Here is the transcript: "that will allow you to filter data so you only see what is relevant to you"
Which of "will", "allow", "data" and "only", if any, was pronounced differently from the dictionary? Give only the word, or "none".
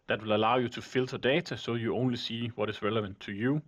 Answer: data